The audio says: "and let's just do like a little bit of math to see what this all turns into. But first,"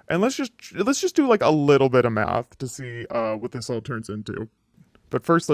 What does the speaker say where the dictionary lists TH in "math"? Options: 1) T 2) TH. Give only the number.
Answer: 2